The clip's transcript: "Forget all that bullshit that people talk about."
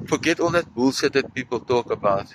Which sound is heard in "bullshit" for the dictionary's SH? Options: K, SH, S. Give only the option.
S